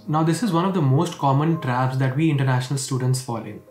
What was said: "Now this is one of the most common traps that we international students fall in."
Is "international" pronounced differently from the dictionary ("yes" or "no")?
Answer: no